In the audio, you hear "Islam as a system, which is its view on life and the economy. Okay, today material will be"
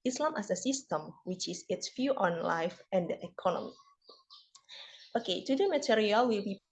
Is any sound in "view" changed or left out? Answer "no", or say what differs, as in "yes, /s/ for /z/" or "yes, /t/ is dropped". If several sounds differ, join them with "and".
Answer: yes, /f/ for /v/